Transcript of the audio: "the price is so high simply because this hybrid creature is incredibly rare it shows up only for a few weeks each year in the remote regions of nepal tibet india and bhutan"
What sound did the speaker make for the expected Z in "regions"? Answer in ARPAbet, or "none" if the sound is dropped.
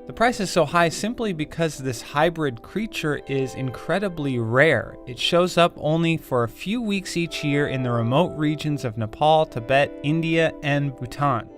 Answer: Z